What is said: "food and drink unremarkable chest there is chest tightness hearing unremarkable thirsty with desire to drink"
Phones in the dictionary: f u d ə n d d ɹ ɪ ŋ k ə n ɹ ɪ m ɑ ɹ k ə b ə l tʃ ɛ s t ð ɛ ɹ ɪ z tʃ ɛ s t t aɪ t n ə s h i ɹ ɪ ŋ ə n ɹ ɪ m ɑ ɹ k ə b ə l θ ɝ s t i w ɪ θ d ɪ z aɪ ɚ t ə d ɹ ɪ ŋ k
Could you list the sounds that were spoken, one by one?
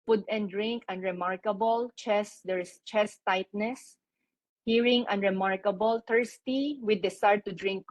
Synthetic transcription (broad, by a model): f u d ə n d d ɹ ɪ ŋ k ə n ɹ ɪ m ɑ ɹ k ə b ə l tʃ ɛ s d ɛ ɹ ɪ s tʃ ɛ s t t aɪ t n ə s h i ɹ ɪ ŋ ə n ɹ ɪ m ɑ ɹ k ə b ə l t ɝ s t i w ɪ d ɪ s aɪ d t ə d ɹ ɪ ŋ k